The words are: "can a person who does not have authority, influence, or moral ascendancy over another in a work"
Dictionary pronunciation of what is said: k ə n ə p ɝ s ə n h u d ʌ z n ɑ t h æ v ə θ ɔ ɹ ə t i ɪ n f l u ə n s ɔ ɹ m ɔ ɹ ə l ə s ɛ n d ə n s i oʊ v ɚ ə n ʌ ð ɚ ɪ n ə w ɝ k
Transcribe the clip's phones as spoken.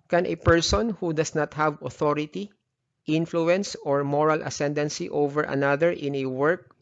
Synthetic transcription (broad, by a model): k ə n ə p ɝ s ə n h u d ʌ s n ɑ t h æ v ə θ ɔ ɹ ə t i ɪ n f l u ə n s ɔ ɹ m ɔ ɹ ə l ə s ɛ n d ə n s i oʊ v ɚ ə n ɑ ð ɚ ɪ n ə w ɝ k